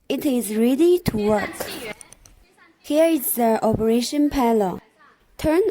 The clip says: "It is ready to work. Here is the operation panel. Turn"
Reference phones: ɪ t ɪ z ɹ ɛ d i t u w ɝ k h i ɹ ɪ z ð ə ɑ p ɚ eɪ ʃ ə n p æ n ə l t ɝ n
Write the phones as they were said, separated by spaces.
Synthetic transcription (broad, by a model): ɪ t ɪ z ɹ ɛ d i t u w ɝ k h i ɹ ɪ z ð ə ɑ p ɚ eɪ ʃ ə n p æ l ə t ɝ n